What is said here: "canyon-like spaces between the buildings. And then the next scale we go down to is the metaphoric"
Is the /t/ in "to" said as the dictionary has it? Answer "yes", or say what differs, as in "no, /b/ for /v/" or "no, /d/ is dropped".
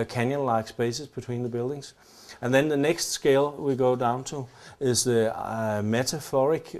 yes